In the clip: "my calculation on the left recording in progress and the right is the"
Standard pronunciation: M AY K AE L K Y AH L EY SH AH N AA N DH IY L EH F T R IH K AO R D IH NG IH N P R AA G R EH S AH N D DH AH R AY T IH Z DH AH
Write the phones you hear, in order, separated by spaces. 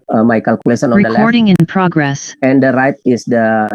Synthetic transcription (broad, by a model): M AY K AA L K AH L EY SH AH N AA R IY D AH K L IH AO R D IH NG IH N P R AA G R EH S AH N D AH R AY T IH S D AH